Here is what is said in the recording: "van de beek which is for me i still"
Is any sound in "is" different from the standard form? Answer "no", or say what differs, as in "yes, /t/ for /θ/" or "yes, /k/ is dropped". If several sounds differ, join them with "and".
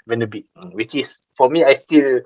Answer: yes, /s/ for /z/